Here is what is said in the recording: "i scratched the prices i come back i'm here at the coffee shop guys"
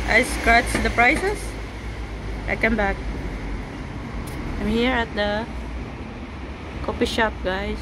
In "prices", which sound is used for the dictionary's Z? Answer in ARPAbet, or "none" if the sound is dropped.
S